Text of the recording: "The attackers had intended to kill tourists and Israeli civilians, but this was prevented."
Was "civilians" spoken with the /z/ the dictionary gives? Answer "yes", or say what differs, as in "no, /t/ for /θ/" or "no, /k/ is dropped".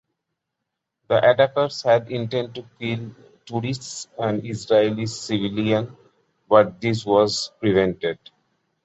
no, /z/ is dropped